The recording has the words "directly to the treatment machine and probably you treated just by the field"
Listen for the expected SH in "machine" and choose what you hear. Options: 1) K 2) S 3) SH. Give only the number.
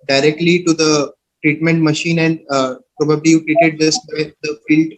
3